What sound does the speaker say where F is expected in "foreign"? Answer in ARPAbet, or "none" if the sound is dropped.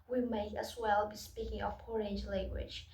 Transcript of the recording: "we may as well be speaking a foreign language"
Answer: P